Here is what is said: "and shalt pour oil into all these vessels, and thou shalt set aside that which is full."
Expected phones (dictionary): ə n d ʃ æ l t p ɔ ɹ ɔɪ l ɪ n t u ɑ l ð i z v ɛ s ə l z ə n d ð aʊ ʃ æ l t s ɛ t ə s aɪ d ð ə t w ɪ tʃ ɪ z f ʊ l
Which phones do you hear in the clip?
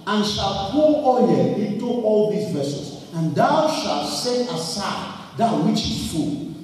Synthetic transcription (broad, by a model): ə n ʃ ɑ l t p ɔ l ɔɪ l ɪ n t u ɑ l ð i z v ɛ s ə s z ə n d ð aʊ ʃ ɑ l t s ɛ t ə s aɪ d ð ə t w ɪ tʃ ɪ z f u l